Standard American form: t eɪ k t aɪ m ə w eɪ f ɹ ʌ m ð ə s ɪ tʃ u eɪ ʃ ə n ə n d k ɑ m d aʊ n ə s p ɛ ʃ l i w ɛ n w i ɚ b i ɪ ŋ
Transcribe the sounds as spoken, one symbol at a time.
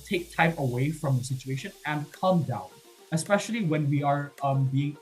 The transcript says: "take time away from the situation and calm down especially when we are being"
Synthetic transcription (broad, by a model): t eɪ k t aɪ m ə w eɪ f ɹ ʌ m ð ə s ɪ tʃ u eɪ ʃ ə n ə n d k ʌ m d aʊ n ə s p ɛ ʃ l i w ɛ n w i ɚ b i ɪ ŋ